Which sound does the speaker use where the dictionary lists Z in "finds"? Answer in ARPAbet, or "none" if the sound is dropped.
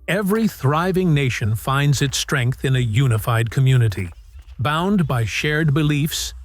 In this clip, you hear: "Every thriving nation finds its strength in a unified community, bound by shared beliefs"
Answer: Z